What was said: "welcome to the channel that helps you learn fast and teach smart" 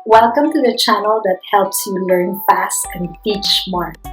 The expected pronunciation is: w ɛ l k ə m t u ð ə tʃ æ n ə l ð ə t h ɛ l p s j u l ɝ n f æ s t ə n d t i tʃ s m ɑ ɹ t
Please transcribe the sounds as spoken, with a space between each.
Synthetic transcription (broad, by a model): w ɛ l k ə m t u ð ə tʃ æ n ə l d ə t h ɛ l p s j u l ɝ n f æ s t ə n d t i tʃ m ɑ ɹ